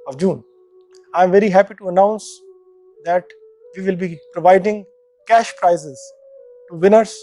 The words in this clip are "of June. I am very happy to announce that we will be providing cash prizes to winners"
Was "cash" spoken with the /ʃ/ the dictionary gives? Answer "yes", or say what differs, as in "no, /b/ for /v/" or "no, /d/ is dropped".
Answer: yes